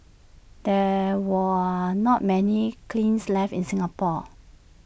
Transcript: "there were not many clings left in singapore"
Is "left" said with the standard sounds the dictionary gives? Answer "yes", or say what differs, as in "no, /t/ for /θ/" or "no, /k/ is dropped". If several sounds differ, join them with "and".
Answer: no, /t/ is dropped